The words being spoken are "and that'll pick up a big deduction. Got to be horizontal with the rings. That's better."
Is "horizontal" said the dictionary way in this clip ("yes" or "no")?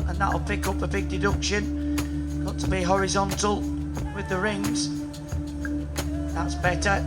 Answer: yes